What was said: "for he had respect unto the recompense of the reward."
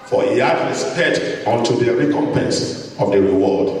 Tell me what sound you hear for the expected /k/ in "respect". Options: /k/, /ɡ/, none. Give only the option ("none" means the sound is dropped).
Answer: none